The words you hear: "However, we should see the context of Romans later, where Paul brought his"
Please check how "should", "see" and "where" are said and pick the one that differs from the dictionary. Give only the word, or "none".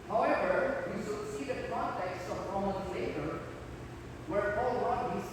should